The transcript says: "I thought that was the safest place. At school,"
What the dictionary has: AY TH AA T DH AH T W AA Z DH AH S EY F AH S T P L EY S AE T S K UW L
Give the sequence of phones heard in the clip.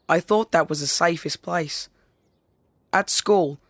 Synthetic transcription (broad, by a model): AY TH AA T DH AH T W AA Z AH S EY F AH S P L EY S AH T S K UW L